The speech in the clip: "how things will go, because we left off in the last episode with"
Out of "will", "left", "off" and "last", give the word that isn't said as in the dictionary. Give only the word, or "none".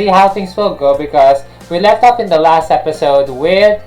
off